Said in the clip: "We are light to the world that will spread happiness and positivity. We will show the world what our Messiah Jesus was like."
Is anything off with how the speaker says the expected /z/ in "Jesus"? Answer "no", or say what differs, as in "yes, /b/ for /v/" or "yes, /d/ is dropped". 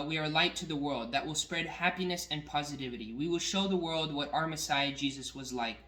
no